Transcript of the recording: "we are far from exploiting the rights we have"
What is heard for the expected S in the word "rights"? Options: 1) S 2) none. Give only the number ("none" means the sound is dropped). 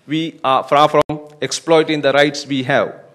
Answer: 1